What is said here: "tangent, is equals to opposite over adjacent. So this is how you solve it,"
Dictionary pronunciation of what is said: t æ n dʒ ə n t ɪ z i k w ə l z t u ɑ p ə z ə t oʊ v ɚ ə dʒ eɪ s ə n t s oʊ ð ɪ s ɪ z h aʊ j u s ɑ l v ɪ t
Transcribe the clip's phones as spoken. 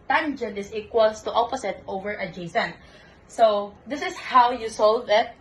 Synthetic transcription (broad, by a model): t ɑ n dʒ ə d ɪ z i k w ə l s t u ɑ p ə s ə t oʊ v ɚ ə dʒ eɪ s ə n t s oʊ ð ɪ s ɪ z h aʊ j u s ɑ l v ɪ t